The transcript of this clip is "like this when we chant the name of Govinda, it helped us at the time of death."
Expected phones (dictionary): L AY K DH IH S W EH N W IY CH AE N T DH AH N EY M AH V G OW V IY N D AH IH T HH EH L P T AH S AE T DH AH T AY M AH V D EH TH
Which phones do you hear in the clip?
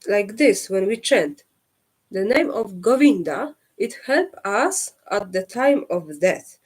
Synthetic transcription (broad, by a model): L AY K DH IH S W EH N W IY CH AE N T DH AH N EY M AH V G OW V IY N D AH IH T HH EH L P AH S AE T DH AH T AY M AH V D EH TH